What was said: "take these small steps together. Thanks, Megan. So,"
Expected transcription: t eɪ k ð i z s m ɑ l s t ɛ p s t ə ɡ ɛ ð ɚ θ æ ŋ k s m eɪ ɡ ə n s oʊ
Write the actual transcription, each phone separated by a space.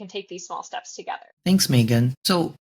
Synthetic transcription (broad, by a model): t eɪ k ð i z s m ɑ l s t ɛ p s t ə ɡ ɛ ð ɚ θ æ ŋ k s m eɪ ɡ ə n s oʊ